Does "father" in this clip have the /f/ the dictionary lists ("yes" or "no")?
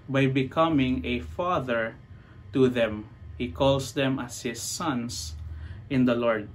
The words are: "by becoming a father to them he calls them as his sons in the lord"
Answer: yes